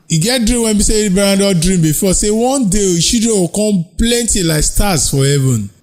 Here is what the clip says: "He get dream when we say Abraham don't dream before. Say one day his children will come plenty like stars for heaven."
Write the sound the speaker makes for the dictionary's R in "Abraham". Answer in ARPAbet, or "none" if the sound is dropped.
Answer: none